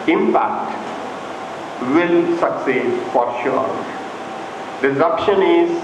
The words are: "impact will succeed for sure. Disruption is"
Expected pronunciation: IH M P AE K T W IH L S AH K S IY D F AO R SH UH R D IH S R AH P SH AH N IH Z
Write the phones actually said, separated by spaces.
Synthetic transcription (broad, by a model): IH M P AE K T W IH L S AH K S IY D F AO R SH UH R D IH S AH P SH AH N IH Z